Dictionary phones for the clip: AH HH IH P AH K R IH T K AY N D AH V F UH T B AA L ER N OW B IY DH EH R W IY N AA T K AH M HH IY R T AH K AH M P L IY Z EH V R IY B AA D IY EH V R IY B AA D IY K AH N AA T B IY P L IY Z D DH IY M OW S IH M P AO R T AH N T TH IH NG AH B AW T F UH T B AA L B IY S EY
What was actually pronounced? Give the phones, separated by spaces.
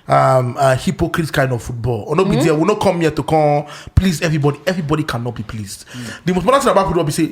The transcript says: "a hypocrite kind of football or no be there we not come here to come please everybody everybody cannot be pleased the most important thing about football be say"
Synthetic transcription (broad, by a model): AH HH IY P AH K R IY T K AY N D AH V F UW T B AA L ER N OW B IY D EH W IY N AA K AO M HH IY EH T AH K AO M P L IY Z EH V R IY B AA D IY EH V R IY B AA D IY K AH N AA T B IY P L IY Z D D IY M OW S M AO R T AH T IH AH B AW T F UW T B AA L B IY S EY